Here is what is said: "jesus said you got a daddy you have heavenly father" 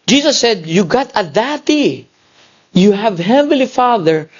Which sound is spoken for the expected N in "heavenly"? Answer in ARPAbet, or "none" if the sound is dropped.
none